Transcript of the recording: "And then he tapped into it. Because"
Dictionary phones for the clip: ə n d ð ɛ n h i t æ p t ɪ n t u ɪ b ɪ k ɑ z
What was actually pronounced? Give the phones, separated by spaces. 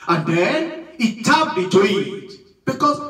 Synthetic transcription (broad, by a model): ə n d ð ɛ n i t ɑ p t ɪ t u ɪ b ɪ k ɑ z